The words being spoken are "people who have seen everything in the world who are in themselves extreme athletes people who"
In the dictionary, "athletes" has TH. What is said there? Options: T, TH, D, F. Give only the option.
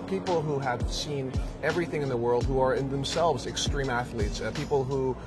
TH